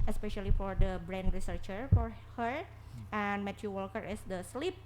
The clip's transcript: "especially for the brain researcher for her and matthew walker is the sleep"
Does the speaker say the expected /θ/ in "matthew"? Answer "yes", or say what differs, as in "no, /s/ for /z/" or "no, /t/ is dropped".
no, /t/ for /θ/